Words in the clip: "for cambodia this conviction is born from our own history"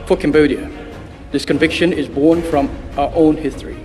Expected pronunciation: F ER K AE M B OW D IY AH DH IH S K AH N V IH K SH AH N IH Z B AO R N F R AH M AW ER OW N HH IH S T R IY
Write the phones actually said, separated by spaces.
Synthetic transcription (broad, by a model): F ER K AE M B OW D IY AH DH IH S K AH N V IH K SH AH N IH Z B AO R N F R AH M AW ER OW N HH IH S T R IY